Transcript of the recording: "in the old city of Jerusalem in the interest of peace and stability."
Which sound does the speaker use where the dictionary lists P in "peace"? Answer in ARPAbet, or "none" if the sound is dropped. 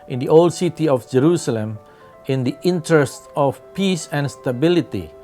P